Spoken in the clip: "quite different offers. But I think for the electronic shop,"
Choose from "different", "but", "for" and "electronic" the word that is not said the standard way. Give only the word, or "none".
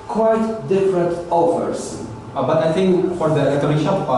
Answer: electronic